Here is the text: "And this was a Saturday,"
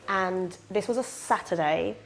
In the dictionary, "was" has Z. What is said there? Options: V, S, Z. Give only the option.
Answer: Z